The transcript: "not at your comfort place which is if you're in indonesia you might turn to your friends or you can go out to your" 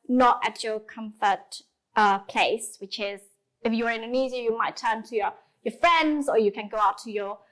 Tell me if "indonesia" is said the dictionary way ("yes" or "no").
no